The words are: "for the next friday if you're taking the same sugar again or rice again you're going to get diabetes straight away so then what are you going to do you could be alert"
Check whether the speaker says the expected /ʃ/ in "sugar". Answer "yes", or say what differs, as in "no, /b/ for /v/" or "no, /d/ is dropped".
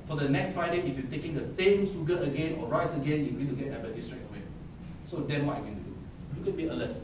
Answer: no, /s/ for /ʃ/